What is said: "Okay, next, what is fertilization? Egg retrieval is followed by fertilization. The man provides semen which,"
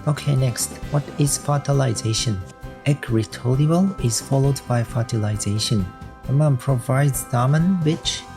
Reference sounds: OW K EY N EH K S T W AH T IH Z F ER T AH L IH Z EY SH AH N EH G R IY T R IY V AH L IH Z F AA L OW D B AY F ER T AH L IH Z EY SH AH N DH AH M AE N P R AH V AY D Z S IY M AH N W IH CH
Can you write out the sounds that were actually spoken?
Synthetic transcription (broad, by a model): OW K EY N EH K S T W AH T IH Z F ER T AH L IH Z EY SH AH N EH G R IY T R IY AH L IH Z F AA L OW D B AY F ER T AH L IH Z EY SH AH N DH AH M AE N P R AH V AY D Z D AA M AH N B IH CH